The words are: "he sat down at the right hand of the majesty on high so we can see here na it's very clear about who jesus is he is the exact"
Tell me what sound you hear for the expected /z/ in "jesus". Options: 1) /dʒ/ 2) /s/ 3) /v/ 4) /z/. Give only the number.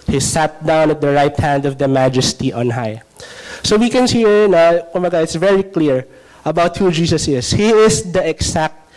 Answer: 2